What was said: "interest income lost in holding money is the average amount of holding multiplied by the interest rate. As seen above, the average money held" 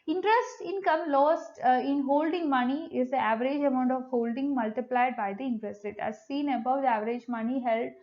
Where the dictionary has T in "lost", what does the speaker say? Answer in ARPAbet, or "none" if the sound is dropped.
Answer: T